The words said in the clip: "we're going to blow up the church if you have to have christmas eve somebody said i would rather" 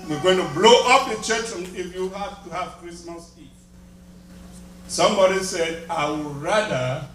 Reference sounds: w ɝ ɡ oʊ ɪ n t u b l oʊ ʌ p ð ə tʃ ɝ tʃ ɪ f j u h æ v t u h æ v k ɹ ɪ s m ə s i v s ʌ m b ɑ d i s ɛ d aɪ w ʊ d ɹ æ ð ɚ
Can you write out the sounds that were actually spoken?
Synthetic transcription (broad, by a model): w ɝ ɡ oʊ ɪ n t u b l oʊ ʌ p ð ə tʃ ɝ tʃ ɪ f j u h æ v t u h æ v k ɹ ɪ s m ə s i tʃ s ʌ m b ɑ d i s ɛ d aɪ w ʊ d ɹ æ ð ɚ